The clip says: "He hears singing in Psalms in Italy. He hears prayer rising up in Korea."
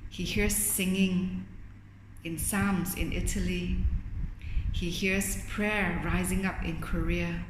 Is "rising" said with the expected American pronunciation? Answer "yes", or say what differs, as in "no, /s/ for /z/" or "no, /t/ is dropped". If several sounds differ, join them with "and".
yes